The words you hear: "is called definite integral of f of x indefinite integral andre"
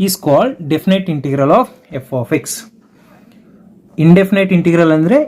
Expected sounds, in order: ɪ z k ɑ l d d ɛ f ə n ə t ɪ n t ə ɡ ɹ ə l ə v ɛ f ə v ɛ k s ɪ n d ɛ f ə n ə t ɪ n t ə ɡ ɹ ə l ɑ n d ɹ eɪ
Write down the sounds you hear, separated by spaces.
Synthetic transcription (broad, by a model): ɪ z k ɑ l d d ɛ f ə n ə t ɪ n t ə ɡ ɹ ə l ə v ɛ f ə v ɛ k s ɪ n d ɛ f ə n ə t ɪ n t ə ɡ ɹ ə l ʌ n d ɹ eɪ